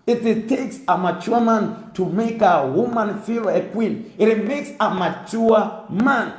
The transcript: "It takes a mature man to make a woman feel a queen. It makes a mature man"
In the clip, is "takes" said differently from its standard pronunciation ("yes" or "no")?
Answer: no